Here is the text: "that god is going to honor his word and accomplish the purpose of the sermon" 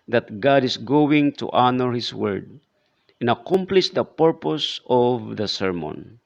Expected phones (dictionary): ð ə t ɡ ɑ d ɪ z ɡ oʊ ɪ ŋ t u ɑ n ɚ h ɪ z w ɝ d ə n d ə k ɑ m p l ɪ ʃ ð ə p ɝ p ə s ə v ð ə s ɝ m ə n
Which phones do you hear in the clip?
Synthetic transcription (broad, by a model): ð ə t ɡ ɑ d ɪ s ɡ oʊ ɪ ŋ t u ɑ n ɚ h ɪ s w ɝ d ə n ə k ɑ m p l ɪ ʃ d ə p ɝ p ə s ə v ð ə s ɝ m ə n